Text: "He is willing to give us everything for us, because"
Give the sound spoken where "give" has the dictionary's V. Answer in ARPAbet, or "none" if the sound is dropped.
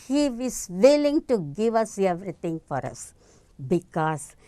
V